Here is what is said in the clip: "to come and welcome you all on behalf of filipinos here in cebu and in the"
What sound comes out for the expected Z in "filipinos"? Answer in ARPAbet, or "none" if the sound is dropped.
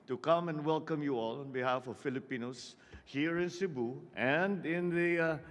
S